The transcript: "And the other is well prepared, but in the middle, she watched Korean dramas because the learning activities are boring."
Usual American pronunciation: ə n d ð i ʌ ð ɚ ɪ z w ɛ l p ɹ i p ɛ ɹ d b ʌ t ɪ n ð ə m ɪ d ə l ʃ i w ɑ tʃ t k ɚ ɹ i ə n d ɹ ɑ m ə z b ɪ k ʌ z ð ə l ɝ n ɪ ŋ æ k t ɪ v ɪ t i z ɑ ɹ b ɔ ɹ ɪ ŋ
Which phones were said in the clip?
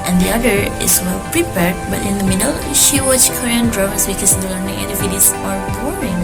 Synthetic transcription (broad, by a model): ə n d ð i ʌ ð ɚ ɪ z w ɛ l p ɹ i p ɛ ɹ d b ʌ t ɪ n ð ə m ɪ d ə l ʃ i w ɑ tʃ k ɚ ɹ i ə n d ɹ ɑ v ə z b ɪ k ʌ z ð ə l ɝ n ɪ ŋ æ t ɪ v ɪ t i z ɑ ɹ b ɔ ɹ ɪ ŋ